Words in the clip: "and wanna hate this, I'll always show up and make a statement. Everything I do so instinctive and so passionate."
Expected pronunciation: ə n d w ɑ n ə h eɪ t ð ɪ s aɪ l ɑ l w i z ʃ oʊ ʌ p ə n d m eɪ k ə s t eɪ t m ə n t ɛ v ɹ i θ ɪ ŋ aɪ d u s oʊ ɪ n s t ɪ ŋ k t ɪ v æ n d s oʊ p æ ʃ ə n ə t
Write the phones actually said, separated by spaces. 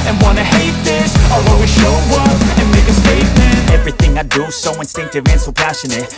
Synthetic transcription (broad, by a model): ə n w ɑ n ə h eɪ t ð ɪ s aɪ w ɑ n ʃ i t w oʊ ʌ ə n m eɪ k ə s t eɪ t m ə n ɛ v ɹ i θ ɪ ŋ aɪ d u s oʊ ɪ n s t ɪ ŋ k t ɪ v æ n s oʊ p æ ʃ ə n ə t